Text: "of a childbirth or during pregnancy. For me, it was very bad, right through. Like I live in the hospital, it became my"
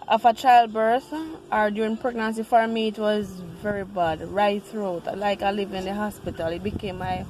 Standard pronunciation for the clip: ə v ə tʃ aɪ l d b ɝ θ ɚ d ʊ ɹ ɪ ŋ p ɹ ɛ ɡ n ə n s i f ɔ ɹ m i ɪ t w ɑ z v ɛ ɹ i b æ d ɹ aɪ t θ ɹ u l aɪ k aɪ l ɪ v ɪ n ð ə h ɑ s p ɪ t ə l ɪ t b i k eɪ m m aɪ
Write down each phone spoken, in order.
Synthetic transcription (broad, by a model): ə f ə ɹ aɪ l d b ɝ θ ɚ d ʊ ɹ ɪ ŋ p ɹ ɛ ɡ n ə n s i f ɔ ɹ m i ɪ t w ɑ z v ɛ ɹ i b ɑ d ɹ aɪ t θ ɹ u l aɪ k aɪ l ɪ v ɪ n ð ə h ɑ s p ɪ t ə l ɪ t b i k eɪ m m aɪ